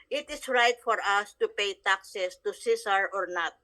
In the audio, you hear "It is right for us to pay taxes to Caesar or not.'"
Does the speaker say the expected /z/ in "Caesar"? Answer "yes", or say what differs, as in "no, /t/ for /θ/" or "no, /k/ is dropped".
no, /s/ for /z/